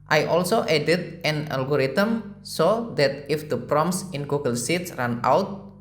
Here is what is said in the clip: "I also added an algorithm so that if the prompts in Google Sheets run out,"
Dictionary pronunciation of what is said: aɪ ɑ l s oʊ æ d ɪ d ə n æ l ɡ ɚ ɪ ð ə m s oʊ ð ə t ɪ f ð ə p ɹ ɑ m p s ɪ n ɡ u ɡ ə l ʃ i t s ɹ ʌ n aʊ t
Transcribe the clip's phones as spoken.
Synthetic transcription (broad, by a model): aɪ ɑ l s oʊ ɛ d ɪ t ə n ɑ l ɡ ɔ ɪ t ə m s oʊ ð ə t ɪ f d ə p ɹ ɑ m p s ɪ n ɡ u ɡ ə l s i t s ɹ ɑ n aʊ t